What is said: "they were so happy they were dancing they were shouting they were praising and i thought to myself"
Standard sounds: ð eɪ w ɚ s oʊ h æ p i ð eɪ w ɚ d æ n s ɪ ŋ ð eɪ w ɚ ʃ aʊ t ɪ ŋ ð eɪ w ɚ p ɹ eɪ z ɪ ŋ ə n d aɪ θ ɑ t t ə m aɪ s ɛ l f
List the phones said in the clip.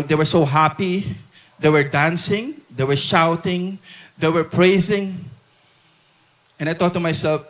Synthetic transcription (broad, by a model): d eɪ w ɚ s oʊ h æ p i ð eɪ w ɚ d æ n s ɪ ŋ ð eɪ w ɚ ʃ aʊ t ɪ ŋ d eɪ w ɚ p ɹ eɪ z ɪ ŋ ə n aɪ t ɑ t t ə m aɪ s ɛ l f